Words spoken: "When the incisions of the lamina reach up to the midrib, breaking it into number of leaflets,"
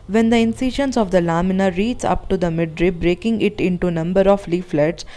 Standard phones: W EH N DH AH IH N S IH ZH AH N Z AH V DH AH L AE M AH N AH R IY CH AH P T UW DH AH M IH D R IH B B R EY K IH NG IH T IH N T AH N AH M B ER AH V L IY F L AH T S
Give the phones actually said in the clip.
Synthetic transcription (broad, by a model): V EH N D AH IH N S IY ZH AH N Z AH V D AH L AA M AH N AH R IY S AH P T UW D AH M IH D R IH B B R EY K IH NG IH T IH N T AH N AH M B ER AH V L IY F L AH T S